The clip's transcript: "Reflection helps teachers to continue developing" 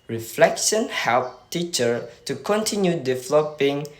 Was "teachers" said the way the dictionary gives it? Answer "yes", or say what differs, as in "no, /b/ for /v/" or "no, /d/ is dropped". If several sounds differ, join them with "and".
no, /z/ is dropped